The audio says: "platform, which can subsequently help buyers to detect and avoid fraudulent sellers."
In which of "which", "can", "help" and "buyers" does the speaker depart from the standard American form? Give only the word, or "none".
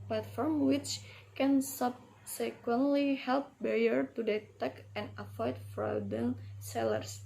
buyers